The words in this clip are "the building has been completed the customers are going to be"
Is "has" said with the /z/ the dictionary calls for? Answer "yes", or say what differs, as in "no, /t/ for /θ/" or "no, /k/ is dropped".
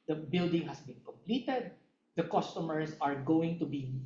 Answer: no, /s/ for /z/